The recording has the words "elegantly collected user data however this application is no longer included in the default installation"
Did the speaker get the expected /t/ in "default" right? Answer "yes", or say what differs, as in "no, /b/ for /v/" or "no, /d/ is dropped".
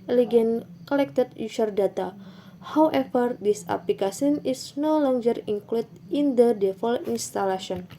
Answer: no, /t/ is dropped